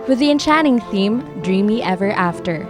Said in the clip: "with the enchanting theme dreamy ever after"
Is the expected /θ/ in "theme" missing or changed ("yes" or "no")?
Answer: no